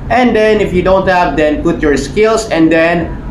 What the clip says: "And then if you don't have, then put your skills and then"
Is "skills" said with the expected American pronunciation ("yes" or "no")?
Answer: no